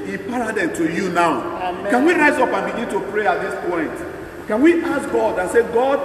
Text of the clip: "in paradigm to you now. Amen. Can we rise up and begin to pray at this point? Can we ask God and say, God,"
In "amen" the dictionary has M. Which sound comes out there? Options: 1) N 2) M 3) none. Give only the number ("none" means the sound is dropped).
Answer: 3